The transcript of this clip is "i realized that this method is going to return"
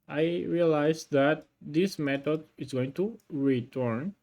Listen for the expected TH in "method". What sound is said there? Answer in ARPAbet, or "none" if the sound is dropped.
T